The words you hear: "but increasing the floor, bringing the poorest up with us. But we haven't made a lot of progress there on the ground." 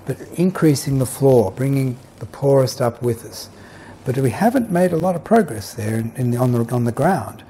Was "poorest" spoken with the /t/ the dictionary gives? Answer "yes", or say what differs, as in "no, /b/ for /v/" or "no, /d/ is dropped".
yes